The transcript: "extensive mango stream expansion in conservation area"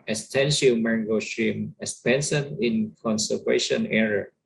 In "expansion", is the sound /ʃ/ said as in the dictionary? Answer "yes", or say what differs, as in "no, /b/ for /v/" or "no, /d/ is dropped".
no, /s/ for /ʃ/